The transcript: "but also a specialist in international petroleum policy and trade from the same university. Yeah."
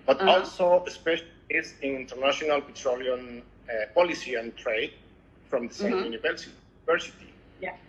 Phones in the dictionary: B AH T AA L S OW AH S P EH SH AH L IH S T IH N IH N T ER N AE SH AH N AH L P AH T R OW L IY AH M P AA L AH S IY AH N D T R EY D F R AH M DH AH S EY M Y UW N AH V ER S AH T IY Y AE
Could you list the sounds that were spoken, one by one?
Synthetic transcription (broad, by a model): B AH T AA L S OW AH S P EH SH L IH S IH N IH N T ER N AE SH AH N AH L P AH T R OW L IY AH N P AA L AH S IY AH N T R EY D F R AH M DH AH S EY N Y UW N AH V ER S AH S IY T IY